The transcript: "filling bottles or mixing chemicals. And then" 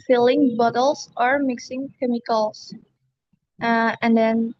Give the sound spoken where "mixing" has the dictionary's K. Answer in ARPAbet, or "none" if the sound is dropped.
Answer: K